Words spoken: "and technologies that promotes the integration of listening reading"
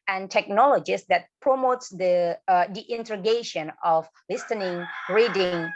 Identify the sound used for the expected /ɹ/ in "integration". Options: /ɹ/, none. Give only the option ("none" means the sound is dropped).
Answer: none